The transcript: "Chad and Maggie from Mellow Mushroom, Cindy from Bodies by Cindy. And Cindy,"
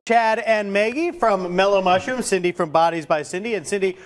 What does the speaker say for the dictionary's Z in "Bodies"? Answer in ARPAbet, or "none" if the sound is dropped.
Z